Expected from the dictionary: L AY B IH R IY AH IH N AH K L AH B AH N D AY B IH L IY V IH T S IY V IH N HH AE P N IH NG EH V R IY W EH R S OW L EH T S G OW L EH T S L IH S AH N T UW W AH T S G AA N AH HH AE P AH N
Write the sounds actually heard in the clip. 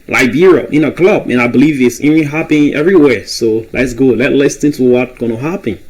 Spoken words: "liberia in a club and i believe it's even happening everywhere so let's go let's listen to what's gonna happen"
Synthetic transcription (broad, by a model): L AY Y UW R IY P IH N AH K L AH B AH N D AY B IH L IY V IH T S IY IH HH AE P IH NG EH V R IY W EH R S OW L EH T S G OW L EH T L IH S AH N T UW W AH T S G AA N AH HH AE P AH N